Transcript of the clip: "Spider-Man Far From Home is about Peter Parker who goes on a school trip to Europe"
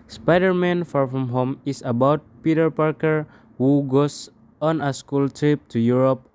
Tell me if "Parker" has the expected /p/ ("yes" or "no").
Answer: yes